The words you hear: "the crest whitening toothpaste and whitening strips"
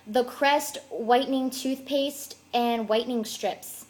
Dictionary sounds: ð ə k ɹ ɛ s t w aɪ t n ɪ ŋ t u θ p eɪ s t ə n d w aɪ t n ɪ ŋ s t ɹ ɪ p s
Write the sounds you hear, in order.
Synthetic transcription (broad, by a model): ð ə k ɹ ɛ s t w aɪ t n ɪ ŋ t u θ p eɪ s t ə n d w aɪ t n ɪ ŋ s t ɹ ɪ p s